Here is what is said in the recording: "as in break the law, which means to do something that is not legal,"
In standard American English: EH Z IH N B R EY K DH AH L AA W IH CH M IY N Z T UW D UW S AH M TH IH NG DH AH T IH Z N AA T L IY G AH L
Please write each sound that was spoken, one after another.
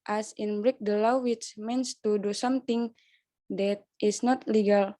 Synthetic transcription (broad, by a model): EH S IH N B R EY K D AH L AA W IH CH M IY N S T UW D UW S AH M T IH NG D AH T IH S N AA T L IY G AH L